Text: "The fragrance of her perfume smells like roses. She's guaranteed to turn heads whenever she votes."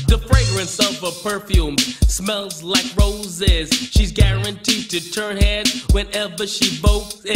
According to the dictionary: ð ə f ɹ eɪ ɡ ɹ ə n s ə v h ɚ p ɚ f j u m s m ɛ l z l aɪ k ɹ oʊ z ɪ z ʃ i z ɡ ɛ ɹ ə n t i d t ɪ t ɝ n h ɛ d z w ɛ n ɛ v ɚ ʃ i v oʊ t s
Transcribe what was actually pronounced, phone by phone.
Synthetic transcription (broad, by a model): ð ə f ɹ eɪ ɡ ɹ ə n s ə v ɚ p ɚ f j u m s m ɛ l z l aɪ k ɹ oʊ z ɪ z ʃ i z ɡ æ ɹ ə n t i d t ɪ t ɝ n h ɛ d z w ɛ n ɛ v ɚ ʃ i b oʊ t